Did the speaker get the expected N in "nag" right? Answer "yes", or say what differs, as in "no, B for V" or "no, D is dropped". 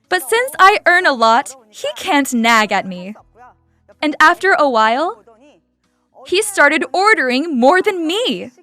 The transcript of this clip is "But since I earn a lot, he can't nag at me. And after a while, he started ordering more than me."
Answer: yes